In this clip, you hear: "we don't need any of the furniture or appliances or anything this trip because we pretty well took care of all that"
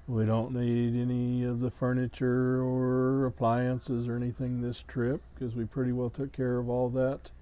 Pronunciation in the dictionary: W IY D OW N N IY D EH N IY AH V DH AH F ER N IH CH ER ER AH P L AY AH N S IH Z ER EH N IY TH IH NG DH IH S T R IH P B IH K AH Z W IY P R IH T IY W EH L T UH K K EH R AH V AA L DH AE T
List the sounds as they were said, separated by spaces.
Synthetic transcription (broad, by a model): W IY D OW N N IY D EH N IY AH V DH AH F ER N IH CH ER ER AH P L AY AH N S IH Z ER EH N IY TH IH NG DH IH S T R IH P K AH Z W IY P R IH T IY W EH L T UH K K EH R AH V AA L DH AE T